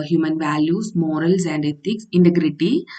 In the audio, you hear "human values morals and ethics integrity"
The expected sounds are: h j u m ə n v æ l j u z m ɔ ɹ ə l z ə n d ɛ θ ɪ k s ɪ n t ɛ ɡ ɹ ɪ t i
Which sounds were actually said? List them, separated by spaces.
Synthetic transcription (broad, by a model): h j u m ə n v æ l j u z m ɔ ɹ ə l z ə n d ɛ t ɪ k s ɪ n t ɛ ɡ ɹ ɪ t i